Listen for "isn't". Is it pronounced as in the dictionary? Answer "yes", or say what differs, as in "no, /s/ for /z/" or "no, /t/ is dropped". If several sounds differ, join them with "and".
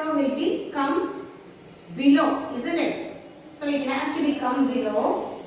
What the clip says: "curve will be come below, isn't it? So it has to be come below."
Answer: yes